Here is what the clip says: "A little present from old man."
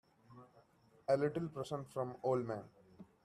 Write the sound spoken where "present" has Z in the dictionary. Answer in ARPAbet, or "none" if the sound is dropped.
S